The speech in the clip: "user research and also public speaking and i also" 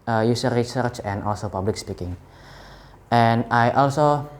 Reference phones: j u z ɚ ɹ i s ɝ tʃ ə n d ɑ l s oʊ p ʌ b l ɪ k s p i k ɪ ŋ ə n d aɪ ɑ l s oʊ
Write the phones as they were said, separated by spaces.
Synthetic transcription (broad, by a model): j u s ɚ ɹ i s ɝ tʃ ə n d ɑ l s oʊ p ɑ b l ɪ k s p i k ɪ ŋ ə n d aɪ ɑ l s oʊ